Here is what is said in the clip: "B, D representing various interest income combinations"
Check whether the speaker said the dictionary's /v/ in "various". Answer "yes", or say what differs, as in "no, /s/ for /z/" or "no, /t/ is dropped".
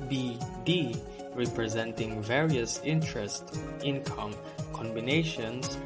yes